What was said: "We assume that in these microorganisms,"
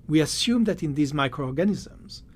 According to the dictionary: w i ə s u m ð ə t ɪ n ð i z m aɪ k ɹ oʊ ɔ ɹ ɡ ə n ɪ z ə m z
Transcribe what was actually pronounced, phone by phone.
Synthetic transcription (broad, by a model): w i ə s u m ð ə t ɪ n ð i z m aɪ k ɹ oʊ ɔ ɹ ɡ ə n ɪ z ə m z